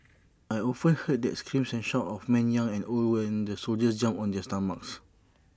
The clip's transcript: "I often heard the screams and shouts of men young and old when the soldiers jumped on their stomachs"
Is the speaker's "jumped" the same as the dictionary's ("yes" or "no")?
no